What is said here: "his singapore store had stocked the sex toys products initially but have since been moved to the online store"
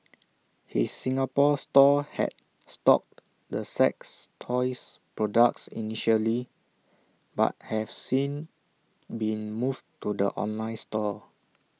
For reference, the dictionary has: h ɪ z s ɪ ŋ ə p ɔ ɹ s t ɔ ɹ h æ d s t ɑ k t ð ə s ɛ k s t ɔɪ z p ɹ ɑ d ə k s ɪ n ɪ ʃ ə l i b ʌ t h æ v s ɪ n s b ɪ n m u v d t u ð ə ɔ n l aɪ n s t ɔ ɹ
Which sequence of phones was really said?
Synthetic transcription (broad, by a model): h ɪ s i ŋ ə p ɔ s t ɔ h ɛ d s t ɑ k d ə s ɛ k s t ɔɪ s p ɹ ɑ d ə k s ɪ n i ʃ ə l i b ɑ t h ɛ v s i n b ɪ n m u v t u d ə ɔ n l aɪ n s t ɔ